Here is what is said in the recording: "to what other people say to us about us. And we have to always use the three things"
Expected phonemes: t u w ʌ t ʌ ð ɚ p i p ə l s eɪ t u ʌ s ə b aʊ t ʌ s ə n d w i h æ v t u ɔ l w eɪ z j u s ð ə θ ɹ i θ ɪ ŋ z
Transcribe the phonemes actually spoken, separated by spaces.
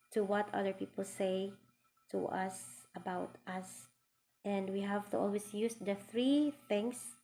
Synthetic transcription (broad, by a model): t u w ʌ t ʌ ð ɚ p i p ə l s eɪ t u ʌ s ə b aʊ t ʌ s ə n d w i h æ v t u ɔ l w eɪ s j u s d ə θ ɹ i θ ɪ ŋ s